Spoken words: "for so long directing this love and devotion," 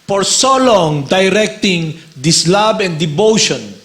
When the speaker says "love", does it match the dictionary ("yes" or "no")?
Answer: no